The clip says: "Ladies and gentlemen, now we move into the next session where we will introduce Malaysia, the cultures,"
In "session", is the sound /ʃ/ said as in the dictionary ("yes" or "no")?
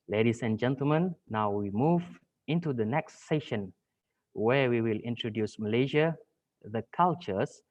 yes